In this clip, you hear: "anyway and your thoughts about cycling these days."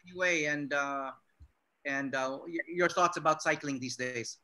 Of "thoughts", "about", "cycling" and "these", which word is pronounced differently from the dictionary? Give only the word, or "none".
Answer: none